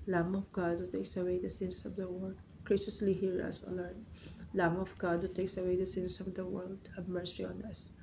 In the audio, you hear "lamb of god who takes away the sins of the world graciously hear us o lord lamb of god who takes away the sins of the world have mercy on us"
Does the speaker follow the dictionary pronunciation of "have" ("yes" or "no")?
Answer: no